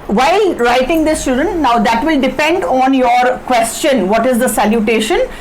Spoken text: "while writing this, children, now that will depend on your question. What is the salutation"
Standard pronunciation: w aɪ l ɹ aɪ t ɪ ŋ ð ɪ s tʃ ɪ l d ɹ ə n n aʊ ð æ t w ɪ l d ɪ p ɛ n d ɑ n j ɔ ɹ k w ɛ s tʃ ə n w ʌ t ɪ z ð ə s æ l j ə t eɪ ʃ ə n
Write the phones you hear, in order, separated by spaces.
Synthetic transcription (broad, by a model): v aɪ l ɹ aɪ t ɪ ŋ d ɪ s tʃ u d ə n n aʊ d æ t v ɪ l d ɪ p ɛ n d ɑ n j ɔ ɹ k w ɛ s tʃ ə n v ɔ t ɪ z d ə s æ l j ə t eɪ ʃ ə n